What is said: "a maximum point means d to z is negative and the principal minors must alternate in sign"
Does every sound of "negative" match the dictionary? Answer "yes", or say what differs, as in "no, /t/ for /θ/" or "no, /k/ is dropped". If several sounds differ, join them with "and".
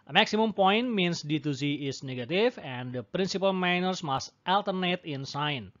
no, /f/ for /v/